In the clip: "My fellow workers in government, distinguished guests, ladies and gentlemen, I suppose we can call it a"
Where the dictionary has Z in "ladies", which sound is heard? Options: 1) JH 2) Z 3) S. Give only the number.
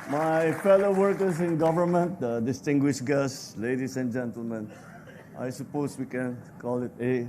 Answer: 3